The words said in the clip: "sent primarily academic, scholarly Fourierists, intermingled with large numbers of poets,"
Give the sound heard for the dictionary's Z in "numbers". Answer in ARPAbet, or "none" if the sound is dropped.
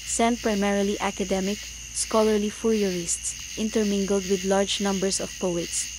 S